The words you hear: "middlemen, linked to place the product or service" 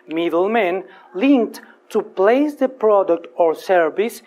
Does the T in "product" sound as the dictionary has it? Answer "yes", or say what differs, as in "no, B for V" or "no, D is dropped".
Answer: yes